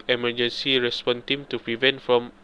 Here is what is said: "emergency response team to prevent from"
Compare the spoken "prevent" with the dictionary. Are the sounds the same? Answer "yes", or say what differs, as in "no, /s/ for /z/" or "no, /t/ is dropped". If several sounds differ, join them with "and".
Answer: yes